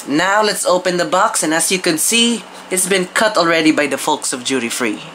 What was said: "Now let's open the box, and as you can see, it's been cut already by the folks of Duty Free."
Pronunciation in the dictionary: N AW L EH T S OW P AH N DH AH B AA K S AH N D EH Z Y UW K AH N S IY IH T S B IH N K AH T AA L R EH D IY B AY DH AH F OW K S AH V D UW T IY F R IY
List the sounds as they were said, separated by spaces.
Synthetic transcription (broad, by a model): N AW L EH T S OW P AH N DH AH B AA K S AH N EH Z Y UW K AH N S IY IH T S B IH N K AH T AA L R EH D IY B AY DH AH F OW K S AH V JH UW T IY F R IY